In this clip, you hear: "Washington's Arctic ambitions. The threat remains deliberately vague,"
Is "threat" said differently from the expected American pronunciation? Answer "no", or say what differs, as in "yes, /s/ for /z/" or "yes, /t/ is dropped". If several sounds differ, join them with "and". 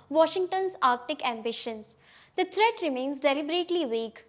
yes, /t/ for /θ/